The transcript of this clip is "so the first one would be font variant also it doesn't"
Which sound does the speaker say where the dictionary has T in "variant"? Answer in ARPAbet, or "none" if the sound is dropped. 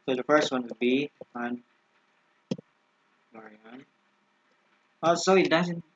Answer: none